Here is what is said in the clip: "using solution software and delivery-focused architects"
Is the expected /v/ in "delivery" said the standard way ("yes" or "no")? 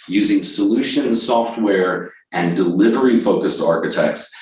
yes